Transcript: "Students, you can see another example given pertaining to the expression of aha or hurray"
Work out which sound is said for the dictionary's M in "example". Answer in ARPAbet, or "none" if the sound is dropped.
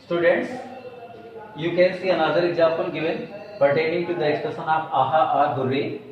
none